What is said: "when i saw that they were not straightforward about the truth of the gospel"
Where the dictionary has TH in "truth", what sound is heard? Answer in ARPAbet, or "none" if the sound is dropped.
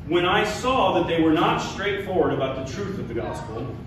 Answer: TH